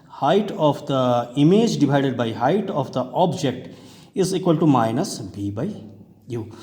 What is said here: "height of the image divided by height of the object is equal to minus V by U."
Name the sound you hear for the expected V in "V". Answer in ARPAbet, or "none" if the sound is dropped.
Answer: B